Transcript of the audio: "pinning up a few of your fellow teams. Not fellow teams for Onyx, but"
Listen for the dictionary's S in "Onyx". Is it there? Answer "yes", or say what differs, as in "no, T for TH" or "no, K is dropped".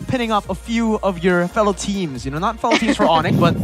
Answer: no, S is dropped